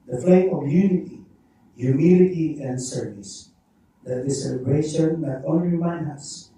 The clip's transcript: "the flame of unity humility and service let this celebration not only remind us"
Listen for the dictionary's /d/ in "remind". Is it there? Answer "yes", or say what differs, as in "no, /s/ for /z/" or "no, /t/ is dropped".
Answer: no, /d/ is dropped